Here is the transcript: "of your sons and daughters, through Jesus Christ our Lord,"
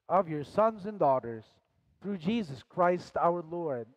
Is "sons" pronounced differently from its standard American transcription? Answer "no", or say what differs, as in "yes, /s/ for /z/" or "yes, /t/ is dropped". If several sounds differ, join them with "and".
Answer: no